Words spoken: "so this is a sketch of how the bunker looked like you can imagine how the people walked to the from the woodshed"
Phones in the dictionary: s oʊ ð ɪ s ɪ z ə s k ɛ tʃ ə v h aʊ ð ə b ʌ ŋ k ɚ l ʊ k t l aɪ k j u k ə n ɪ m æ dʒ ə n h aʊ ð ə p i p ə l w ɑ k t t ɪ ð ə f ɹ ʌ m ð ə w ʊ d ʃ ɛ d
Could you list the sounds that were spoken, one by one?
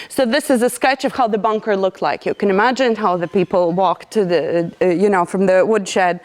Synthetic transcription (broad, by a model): s oʊ ð ɪ s ɪ z ə s k ɛ tʃ ə v h aʊ ð ə b ʌ ŋ k ɚ l ʊ k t l aɪ k j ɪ k ə n ɪ m æ dʒ ə n h aʊ ð ə p i p l w ɑ k t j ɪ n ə f ɹ ʌ m ð ə w ʊ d ʃ ɛ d